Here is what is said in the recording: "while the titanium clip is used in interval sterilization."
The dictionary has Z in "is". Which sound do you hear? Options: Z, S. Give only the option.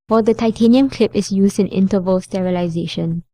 S